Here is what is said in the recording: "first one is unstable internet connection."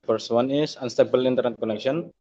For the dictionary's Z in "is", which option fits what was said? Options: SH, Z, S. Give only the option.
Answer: S